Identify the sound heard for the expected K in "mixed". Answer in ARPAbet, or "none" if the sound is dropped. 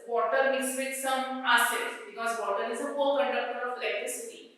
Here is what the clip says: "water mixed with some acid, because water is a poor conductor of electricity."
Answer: none